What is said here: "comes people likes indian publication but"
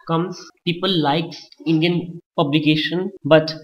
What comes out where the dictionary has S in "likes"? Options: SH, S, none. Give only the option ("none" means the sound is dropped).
none